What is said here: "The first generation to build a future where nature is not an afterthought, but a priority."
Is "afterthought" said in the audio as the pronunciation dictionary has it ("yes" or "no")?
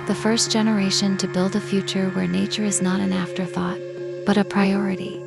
yes